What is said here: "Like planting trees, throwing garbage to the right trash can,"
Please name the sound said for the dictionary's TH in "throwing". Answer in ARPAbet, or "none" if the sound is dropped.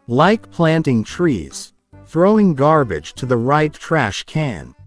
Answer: TH